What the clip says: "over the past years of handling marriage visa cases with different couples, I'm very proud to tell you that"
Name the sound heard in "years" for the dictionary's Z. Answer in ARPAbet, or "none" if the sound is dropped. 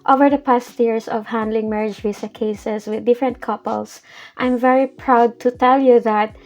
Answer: S